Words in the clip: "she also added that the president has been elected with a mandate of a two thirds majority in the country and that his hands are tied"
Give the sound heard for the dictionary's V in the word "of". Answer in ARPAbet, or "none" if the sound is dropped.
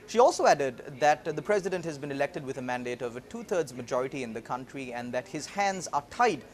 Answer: V